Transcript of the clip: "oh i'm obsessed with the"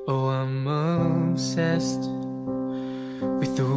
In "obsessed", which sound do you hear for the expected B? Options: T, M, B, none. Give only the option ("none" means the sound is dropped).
none